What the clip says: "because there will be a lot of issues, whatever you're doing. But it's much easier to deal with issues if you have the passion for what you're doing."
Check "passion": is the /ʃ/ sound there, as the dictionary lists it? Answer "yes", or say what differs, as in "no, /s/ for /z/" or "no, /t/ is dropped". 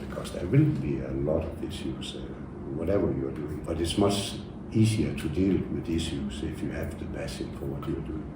no, /s/ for /ʃ/